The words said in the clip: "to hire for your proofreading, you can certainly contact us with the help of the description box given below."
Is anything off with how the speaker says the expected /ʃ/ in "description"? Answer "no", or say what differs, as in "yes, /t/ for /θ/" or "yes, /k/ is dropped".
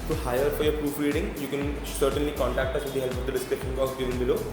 yes, /ʃ/ is dropped